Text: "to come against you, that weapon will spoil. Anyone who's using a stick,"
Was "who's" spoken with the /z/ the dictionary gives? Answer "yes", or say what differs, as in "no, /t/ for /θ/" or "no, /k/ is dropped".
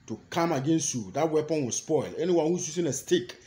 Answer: no, /s/ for /z/